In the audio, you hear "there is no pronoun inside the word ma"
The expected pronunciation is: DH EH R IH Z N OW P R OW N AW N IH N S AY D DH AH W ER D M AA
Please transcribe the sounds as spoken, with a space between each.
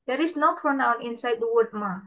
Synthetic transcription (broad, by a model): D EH R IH S N OW P R OW N AW N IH N S AY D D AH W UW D M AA